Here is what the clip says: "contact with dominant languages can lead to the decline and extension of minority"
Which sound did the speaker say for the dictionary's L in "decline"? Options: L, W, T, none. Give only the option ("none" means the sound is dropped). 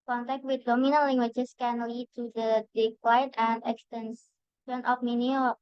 W